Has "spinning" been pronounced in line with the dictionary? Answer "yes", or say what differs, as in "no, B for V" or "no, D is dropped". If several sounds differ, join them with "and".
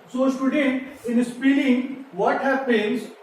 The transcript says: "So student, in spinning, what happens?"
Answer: no, L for N